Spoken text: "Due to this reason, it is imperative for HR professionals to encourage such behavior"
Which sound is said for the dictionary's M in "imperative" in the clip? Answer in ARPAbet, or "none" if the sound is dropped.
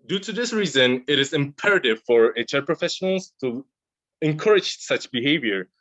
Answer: M